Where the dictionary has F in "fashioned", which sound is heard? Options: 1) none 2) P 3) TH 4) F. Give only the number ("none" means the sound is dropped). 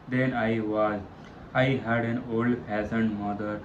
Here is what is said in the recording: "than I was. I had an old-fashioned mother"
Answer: 2